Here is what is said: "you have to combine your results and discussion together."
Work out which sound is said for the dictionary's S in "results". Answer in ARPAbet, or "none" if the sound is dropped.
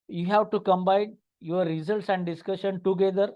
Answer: S